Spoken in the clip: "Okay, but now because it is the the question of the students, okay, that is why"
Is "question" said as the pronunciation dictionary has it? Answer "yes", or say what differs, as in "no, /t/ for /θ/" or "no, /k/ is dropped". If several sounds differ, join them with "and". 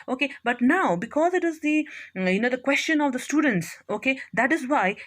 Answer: yes